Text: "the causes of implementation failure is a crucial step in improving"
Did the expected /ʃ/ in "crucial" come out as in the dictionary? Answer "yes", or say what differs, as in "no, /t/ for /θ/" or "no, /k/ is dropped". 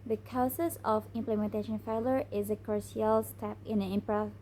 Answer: no, /ʃ/ is dropped